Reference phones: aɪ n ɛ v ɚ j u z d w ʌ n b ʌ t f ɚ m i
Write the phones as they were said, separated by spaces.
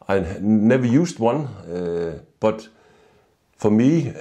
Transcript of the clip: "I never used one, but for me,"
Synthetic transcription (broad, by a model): aɪ n ɛ v ɚ j u s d w ʌ n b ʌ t f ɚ m i